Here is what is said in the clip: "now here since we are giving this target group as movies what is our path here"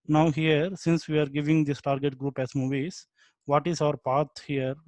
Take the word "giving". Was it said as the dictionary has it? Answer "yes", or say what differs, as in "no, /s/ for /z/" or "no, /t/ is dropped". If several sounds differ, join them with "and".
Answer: yes